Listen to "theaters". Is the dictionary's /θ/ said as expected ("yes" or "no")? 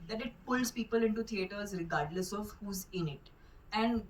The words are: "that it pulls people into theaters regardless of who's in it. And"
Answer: no